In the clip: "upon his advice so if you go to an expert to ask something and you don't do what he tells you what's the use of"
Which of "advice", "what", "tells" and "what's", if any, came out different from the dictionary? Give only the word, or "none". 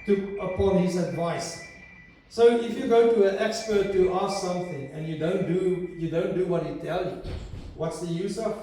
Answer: tells